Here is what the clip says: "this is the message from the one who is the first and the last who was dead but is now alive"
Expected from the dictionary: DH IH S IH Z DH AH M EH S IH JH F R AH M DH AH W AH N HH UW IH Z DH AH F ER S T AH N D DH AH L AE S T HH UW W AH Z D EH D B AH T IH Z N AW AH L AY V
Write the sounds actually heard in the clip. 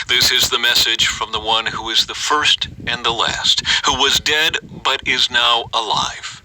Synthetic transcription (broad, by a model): DH IH S IH Z DH AH M EH S IH JH F R AH M DH AH W AH N HH UW IH Z DH AH F ER S T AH N DH AH L AE S T HH UW W AH Z D EH D B AH T IH Z N AW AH L AY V